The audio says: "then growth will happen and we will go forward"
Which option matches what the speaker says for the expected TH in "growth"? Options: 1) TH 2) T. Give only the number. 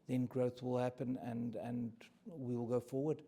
1